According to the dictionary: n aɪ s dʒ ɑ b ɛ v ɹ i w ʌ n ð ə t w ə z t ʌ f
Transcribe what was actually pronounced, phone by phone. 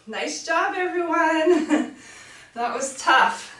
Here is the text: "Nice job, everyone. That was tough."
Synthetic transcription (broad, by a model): n aɪ s dʒ ɑ b ɛ v ɹ i w ʌ n ð ə t w ə z t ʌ f